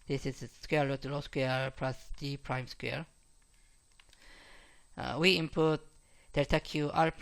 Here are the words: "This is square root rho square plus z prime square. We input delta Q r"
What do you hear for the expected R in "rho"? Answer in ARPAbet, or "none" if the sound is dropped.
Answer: L